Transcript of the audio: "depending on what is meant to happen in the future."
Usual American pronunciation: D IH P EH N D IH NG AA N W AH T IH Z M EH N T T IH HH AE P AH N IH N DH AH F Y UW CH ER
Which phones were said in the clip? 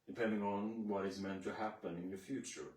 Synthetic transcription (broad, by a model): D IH P EH N D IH NG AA N W AH T IH Z M EH N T T IH HH AE P AH N IH N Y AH F Y UW CH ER